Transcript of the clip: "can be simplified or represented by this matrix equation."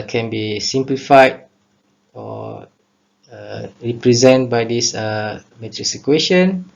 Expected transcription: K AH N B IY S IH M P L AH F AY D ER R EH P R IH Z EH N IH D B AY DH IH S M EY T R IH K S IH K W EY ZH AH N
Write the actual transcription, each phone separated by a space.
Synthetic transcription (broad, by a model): K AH N B IY S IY M P L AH F AY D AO R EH P R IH Z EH N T B AY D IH S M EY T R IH S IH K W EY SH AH N